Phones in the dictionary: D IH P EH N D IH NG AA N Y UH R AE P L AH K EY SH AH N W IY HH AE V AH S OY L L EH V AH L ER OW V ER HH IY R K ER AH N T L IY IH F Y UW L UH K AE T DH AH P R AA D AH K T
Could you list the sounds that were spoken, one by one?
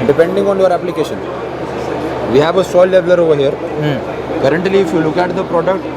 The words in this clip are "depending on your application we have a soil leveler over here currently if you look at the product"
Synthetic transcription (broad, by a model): D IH P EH N D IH NG AA N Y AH R AE P L AH K EY SH AH N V IY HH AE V AH S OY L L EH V L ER OW V ER HH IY R K ER AH N T L IY IH F Y UW L UH K AE T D AH P R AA D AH K T